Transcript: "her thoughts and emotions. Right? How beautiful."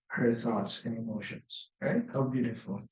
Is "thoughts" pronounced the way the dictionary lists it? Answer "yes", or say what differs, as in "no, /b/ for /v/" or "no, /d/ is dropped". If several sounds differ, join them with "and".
yes